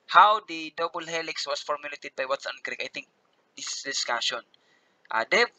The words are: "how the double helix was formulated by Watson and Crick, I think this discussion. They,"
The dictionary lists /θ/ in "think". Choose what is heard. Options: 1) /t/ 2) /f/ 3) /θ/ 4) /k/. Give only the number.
1